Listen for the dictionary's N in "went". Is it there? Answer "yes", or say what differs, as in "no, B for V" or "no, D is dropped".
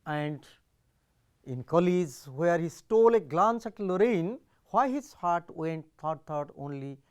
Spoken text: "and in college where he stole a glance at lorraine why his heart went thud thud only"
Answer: yes